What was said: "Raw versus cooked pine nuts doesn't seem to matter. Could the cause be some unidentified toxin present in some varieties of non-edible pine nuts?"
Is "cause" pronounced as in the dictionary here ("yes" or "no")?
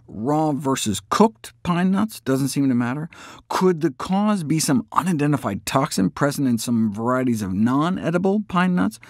yes